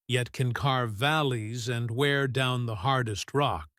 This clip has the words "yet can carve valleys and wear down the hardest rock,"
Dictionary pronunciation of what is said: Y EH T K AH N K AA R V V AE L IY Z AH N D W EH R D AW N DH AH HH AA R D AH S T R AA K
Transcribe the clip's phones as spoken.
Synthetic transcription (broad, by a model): Y EH T K AH N K AA R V V AE L IY Z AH N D W EH R D AW N DH AH HH AA R D AH S T R AA K